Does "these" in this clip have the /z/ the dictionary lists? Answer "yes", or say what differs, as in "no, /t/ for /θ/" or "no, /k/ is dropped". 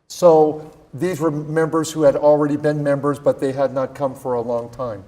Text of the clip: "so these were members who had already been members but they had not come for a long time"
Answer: yes